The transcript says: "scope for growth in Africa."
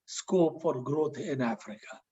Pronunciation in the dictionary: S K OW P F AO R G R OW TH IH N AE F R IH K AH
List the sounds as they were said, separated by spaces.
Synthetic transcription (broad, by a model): S K OW P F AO R G R OW T IH N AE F R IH K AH